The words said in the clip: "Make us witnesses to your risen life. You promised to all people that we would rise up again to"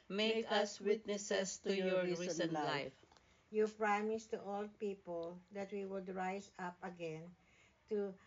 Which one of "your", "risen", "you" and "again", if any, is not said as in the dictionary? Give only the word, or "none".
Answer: risen